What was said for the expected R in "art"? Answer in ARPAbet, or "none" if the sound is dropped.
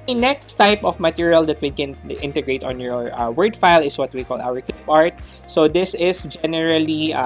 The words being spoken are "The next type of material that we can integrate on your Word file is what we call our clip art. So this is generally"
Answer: R